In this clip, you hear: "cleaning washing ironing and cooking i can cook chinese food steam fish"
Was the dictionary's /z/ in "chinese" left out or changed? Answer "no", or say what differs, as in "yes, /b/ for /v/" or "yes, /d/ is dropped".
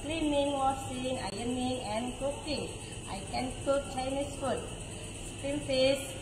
yes, /s/ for /z/